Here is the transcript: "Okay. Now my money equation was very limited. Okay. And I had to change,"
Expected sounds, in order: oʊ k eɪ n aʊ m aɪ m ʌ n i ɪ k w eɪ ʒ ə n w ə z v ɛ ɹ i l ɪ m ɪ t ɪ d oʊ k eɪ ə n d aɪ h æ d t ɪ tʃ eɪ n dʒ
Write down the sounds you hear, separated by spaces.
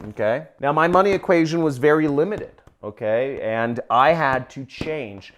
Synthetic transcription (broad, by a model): oʊ k eɪ n aʊ m aɪ m ʌ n i ɪ k w eɪ ʒ ə n w ə z v ɛ ɹ i l ɪ m ɪ t ɪ d oʊ k eɪ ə n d aɪ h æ d t ɪ tʃ eɪ n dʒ